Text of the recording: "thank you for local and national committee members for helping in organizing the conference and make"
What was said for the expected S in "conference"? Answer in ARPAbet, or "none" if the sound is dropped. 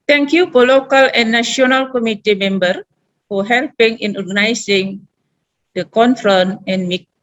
none